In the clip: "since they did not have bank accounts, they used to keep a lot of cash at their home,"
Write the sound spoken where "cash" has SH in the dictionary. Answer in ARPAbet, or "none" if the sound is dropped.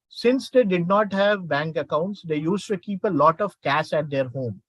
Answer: S